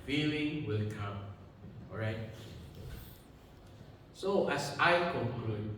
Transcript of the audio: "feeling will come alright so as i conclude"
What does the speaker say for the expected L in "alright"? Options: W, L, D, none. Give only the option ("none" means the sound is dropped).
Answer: none